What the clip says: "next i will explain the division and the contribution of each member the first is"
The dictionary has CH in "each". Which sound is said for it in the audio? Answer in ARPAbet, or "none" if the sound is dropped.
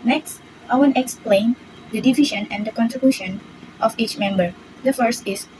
CH